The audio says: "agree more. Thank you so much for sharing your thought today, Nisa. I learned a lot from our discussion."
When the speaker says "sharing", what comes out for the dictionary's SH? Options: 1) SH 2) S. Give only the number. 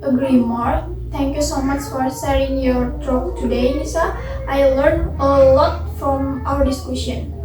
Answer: 2